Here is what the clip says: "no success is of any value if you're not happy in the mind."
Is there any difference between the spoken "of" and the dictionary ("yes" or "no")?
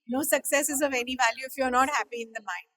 no